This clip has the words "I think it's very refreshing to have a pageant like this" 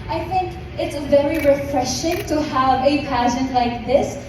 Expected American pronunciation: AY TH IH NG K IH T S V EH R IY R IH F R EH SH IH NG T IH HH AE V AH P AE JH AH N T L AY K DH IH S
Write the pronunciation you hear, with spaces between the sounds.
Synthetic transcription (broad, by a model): AY TH IH NG K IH T S V EH R IY R IH F R EH SH IH NG T IH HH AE V AH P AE SH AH N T L AY K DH IH S